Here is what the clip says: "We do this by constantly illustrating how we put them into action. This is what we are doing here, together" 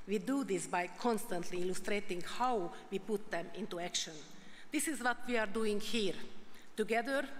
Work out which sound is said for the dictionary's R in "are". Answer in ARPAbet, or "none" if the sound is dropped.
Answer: R